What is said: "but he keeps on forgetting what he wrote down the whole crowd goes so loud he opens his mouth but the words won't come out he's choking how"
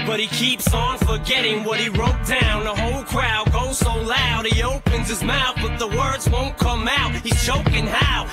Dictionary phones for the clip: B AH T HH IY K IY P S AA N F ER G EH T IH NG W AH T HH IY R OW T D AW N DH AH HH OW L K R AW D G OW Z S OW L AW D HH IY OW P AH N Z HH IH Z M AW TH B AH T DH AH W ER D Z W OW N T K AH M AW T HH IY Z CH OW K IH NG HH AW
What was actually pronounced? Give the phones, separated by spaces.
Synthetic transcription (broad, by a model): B AH T HH IY K IY P S N F ER G EH T IH NG W AH T HH IY R OW T D AW N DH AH HH OW L K R AW D G OW Z S OW L AW D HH IY OW P AH N Z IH Z M AW TH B AH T DH AH W ER D Z W OW N K AH M AW T HH IY Z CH OW K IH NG HH AW